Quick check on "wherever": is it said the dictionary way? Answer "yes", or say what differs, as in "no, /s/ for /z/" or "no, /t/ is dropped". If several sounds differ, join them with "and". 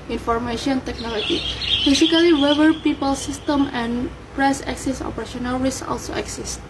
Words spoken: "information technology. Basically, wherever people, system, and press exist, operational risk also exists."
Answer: no, /w/ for /ɹ/